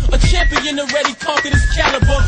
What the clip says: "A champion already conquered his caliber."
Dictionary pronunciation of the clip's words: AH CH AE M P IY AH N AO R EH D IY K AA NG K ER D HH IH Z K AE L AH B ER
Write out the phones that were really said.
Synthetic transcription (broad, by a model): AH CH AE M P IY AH N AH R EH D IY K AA K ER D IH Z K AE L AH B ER